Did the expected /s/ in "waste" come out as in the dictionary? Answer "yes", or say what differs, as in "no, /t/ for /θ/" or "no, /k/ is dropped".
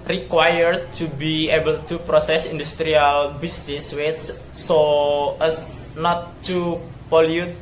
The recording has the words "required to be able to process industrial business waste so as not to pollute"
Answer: no, /s/ is dropped